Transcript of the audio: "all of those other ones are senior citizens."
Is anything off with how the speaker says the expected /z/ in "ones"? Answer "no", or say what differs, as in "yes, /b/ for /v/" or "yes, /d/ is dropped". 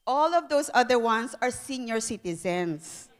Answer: yes, /s/ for /z/